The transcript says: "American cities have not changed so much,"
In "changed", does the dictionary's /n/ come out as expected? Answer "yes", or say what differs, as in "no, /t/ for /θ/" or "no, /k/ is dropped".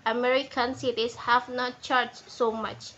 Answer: no, /n/ is dropped